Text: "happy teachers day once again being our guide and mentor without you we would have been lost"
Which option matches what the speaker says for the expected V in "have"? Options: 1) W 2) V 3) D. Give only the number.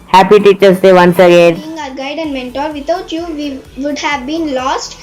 2